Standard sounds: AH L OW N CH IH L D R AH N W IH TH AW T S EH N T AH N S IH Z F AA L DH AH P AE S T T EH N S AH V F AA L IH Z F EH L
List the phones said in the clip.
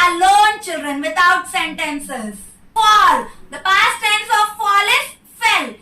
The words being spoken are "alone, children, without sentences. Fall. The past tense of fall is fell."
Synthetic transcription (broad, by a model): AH L OW N CH IH L D R AH N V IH T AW T S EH N T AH N S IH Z P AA L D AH P AE S T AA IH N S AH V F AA L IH S F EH L